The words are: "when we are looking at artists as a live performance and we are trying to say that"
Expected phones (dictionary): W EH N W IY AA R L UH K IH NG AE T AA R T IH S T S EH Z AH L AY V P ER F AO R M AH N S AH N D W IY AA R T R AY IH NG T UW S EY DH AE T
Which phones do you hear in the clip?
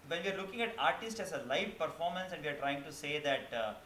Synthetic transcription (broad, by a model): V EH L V IY AA R L UH K IH NG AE T AA R T IH S T S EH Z AH L AY V P ER F AO R M AH N S AH N D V IY AA R T R AY IH NG T UW S EY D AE T